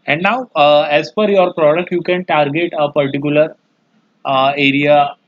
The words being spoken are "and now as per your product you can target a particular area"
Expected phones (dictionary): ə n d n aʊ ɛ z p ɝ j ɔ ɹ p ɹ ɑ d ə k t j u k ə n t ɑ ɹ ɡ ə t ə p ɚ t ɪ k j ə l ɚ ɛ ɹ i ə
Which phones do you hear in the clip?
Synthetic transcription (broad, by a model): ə n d n aʊ ɛ z f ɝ j ɔ ɹ p ɹ ɑ d ə k t j u k ə n t ɑ ɹ ɡ ə t ə p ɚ t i k j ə l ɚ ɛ ɹ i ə